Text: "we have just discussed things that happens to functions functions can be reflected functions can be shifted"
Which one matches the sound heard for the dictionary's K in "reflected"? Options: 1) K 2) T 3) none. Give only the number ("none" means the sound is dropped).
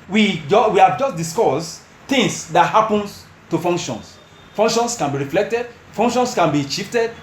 1